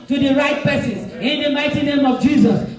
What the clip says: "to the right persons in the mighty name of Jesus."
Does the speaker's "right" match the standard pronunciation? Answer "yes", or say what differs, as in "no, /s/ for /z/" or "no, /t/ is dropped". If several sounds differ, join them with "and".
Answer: yes